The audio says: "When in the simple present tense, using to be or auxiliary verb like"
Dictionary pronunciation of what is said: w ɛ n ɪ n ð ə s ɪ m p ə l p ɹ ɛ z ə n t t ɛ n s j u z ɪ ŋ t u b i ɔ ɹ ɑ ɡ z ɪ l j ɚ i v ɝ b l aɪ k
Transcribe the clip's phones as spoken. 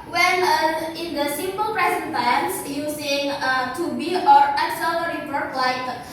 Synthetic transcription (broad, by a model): w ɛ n ɪ n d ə s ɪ m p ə l p ɹ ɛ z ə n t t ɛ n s j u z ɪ ŋ t u b i ɔ ɹ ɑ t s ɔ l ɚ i p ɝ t l aɪ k